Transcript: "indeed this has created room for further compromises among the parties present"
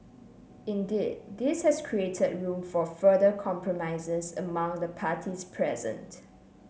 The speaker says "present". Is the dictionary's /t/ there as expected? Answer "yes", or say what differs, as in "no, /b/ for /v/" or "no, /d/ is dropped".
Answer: yes